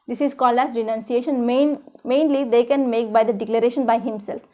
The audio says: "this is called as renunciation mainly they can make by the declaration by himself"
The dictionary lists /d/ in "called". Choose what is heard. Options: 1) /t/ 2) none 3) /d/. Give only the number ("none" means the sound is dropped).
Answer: 2